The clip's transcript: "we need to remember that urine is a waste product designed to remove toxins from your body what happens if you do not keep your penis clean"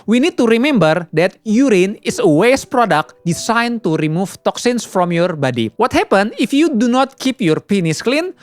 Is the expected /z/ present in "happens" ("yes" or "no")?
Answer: no